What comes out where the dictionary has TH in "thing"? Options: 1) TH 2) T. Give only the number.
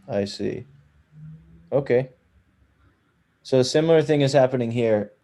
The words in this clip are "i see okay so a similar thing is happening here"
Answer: 1